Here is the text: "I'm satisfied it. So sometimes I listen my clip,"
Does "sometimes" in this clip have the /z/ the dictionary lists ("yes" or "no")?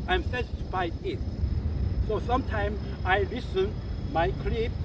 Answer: no